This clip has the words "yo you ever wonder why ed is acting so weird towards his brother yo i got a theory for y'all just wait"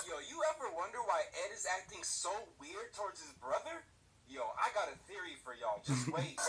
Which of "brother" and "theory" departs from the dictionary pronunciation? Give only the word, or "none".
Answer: none